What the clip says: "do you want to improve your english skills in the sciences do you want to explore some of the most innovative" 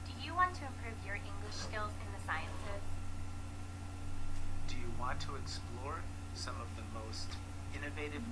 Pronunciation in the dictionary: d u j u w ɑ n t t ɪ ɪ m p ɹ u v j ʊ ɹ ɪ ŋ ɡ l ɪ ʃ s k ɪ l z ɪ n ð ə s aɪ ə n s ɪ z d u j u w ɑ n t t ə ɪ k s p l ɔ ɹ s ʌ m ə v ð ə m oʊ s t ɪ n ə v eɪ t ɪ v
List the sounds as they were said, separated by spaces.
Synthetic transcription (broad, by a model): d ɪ j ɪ w ɑ n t t ɪ ɪ m p ɹ u v j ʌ ɹ ɪ ŋ ɡ l ɪ ʃ s k ɪ l z ɪ n ð ə s aɪ ə n s ɪ z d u j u w ɑ n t t ə ɪ k s p l ɔ ɹ s ʌ m ə v ð ə m oʊ s t ɪ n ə v eɪ t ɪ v